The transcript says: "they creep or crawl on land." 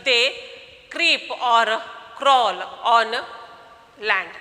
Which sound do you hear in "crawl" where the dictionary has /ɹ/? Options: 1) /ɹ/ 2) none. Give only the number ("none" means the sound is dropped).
1